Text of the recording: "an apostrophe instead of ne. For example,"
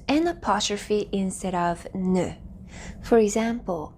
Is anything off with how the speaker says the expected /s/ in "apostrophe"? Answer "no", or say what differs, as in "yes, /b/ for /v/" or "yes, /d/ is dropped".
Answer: yes, /s/ is dropped